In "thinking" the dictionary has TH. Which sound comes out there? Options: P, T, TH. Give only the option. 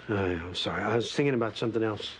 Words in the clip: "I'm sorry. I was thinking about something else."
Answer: TH